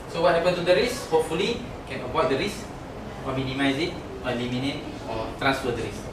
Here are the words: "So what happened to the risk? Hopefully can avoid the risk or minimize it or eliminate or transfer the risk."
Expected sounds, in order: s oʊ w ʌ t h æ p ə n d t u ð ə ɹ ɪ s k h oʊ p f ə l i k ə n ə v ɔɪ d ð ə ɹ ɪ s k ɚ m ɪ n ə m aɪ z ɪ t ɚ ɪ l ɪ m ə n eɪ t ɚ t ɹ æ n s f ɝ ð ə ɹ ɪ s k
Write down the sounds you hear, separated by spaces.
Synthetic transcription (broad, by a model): s oʊ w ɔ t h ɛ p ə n t u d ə ɹ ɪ s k h oʊ p f ə l i k ə n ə p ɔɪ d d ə ɹ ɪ s ɔ m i n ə m aɪ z ɪ t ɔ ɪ l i m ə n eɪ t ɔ t ɹ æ n s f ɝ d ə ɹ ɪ s